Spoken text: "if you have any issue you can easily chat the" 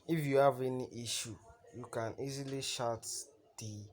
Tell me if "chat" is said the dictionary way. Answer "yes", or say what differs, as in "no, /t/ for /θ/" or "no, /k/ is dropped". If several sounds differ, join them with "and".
no, /ʃ/ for /tʃ/